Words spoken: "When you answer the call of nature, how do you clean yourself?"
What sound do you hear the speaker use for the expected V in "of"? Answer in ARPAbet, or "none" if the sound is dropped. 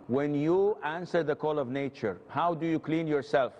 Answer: V